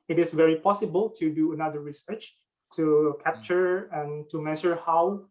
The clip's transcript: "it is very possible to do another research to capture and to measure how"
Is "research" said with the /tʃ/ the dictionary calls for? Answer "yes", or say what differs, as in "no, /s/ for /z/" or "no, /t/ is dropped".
yes